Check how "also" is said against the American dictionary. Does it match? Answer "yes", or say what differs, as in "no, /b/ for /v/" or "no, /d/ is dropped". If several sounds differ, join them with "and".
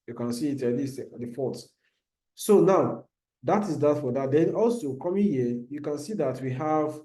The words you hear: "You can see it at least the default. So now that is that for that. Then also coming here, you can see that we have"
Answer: yes